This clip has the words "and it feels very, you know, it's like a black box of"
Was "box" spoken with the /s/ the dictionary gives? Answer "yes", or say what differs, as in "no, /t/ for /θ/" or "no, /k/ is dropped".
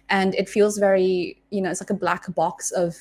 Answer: yes